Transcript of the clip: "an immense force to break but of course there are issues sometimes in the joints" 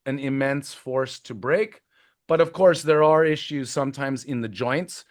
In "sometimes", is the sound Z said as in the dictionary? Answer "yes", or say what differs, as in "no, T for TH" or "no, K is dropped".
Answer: yes